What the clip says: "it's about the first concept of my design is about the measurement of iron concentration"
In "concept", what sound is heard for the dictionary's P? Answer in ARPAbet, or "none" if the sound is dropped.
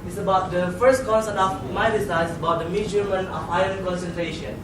none